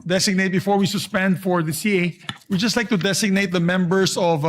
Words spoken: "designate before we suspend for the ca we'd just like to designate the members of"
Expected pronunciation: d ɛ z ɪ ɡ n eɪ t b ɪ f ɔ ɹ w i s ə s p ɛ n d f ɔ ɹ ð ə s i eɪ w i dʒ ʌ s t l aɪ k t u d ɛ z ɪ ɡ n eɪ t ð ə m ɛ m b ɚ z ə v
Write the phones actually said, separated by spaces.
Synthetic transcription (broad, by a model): d ɛ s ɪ ɡ n eɪ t b ɪ f ɔ ɹ w i s ə s p ɛ n d f ɔ ɹ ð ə s i eɪ w i dʒ ʌ s t l aɪ k t u d ɛ s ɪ ɡ n eɪ t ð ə m ɛ m b ɚ s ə v